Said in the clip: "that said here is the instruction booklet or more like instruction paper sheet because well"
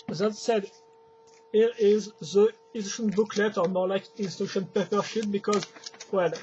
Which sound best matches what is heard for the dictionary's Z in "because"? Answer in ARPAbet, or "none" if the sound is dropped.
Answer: Z